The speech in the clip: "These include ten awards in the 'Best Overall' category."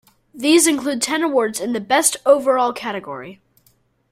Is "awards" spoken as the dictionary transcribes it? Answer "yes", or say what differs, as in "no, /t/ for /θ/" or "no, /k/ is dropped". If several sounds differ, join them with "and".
yes